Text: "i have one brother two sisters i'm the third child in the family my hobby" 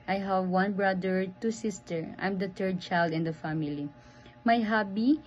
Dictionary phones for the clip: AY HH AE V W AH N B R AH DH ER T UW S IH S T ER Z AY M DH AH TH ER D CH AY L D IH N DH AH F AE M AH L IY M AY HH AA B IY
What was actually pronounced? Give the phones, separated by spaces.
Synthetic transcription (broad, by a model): AY HH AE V W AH N B R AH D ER T UW S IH S T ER AY M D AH T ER D CH AY L D IH N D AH F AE M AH L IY M AY HH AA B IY